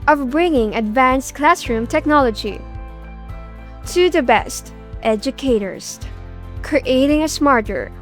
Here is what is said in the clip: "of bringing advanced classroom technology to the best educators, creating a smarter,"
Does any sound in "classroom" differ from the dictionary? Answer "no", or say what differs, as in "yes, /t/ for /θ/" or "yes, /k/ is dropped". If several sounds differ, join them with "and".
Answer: no